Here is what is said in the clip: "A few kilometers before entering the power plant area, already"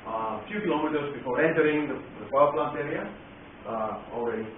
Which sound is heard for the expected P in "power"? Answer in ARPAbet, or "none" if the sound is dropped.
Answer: F